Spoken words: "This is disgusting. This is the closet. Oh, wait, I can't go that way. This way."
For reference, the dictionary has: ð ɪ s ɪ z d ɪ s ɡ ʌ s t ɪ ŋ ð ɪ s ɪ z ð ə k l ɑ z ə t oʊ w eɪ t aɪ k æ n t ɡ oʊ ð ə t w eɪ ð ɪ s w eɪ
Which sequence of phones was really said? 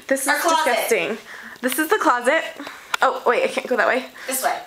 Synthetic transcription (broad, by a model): ð ɪ s ɪ z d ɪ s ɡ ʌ s t ɪ ŋ ð ɪ s ɪ z ð ə k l ɑ z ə t oʊ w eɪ aɪ k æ n ɡ oʊ ð ə t w eɪ ɪ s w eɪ